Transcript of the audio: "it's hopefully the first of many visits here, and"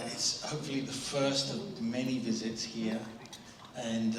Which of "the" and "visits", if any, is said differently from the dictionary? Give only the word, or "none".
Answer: none